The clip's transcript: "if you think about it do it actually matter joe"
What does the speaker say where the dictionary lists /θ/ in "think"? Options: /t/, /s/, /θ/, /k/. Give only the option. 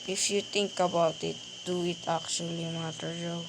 /t/